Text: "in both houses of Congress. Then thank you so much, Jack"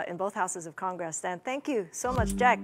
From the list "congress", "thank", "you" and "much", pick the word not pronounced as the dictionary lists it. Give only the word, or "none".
none